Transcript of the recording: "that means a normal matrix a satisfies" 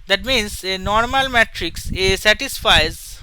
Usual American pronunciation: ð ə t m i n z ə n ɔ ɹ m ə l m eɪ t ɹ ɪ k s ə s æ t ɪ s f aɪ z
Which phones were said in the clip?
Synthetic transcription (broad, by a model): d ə t m i n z ə n ɔ ɹ m ə l m eɪ t ɹ ɪ k s ə s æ t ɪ s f aɪ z